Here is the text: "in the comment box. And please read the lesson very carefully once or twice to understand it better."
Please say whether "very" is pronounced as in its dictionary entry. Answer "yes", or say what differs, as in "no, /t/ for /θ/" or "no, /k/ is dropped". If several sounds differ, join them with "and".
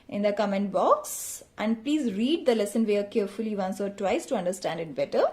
no, /ɹ/ is dropped